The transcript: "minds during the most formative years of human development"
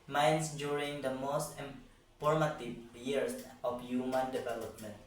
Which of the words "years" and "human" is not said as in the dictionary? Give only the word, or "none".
years